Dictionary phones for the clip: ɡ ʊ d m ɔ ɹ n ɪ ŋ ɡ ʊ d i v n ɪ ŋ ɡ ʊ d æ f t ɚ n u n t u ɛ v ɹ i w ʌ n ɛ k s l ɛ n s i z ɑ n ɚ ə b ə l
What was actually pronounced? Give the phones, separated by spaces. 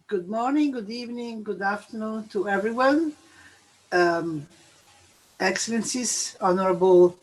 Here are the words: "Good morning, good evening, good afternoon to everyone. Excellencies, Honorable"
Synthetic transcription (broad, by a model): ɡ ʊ d m ɔ ɹ n ɪ ŋ ɡ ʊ d i v n ɪ ŋ ɡ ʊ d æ f t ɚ n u n t u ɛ v ɹ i w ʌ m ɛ k s l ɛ n s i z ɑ n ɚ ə b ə l